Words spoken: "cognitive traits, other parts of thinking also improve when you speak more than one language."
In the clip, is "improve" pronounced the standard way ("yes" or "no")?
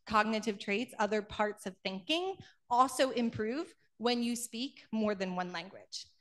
yes